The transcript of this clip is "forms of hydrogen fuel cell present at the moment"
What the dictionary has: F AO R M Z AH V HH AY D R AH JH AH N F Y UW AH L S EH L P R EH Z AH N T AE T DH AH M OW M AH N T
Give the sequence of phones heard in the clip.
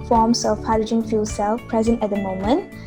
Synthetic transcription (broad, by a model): F AO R M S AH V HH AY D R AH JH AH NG F Y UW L S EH L P R EH Z AH N T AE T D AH M OW M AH N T